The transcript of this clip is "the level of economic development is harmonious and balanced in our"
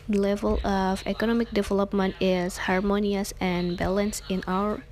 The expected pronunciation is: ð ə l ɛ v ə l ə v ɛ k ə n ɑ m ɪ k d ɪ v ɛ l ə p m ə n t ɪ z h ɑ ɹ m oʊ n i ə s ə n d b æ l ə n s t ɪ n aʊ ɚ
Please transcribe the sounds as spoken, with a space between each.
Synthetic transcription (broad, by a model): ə l ɛ v ə l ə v ɛ k ə n ɑ m ɪ k d ɪ v ɛ l ə p m ə n t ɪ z h ɑ ɹ m oʊ n i ə s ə n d b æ l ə n s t ɪ n aʊ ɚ